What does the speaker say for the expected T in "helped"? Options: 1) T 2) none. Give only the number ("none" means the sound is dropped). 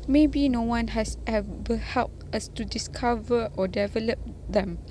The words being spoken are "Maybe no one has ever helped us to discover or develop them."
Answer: 1